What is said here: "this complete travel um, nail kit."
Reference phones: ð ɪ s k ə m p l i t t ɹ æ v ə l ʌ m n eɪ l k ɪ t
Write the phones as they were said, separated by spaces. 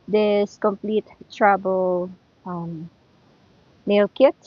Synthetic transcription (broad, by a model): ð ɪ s k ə m p l i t t ɹ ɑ b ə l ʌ m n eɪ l k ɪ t